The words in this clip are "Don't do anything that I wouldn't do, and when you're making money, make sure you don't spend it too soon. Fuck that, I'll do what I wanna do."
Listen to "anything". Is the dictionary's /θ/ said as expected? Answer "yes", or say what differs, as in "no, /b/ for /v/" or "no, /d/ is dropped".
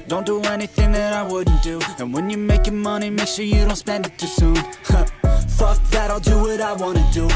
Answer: yes